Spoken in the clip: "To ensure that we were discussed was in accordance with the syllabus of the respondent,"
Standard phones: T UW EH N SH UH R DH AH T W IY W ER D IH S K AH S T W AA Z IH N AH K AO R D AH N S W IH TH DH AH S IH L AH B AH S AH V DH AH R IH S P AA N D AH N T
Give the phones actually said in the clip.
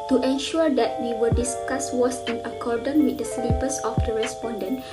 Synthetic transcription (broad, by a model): T UW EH N SH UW R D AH T W IY W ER D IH S K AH S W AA S IH N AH K AO R D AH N W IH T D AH S L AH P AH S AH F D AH R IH S P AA N D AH N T